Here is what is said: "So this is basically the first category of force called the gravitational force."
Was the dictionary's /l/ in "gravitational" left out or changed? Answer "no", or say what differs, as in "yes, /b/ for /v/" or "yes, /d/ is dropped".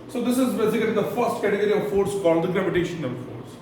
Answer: yes, /n/ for /l/